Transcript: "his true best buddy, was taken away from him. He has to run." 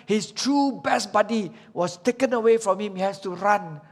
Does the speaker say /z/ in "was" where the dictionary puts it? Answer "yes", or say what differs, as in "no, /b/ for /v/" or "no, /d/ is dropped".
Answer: no, /s/ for /z/